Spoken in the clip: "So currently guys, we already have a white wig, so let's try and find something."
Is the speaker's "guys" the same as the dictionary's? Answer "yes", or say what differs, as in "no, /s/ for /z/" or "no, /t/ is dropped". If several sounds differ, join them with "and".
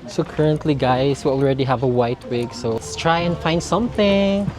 no, /s/ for /z/